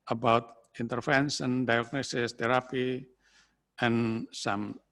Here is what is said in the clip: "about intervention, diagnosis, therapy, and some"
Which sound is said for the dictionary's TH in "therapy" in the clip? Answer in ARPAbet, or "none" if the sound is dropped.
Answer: T